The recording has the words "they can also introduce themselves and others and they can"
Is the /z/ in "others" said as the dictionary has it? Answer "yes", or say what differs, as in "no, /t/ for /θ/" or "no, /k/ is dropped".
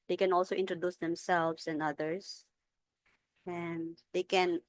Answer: no, /s/ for /z/